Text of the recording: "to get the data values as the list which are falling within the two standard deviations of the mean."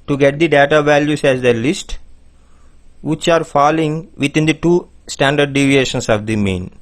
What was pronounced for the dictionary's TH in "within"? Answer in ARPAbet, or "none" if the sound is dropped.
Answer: T